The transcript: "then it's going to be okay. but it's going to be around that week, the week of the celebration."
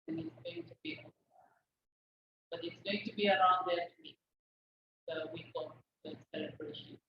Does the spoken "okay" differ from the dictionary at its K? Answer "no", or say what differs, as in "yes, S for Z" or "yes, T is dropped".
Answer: yes, K is dropped